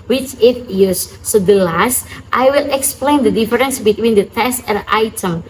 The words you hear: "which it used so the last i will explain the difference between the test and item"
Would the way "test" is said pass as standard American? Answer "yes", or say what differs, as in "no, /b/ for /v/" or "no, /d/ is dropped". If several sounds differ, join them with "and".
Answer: yes